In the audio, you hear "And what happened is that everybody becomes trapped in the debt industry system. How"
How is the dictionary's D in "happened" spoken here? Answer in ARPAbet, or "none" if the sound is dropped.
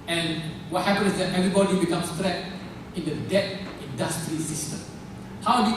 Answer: none